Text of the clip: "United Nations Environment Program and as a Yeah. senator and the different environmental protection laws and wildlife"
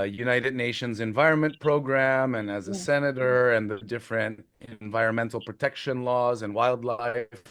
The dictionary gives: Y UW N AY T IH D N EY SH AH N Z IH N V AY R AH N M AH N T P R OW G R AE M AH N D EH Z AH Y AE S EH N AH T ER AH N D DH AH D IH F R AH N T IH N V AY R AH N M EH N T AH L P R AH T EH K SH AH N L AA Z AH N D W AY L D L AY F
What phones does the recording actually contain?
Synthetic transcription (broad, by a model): Y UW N AY T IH D N EY SH AH N Z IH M V AY R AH N M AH N P R OW G R AE M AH N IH Z AH S EH N AH T ER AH N DH AH D IH F R AH N T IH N V AY R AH N M EH N T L P R AH T EH K SH AH N L AA Z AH N W AY L D L AY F